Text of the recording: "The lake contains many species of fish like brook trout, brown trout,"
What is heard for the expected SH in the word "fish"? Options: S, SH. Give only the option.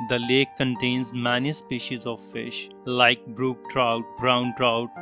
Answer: SH